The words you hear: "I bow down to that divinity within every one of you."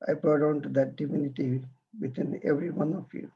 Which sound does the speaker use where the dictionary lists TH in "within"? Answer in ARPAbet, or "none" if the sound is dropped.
T